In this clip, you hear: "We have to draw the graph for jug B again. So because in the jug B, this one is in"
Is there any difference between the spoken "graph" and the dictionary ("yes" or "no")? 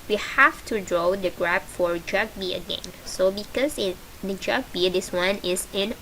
yes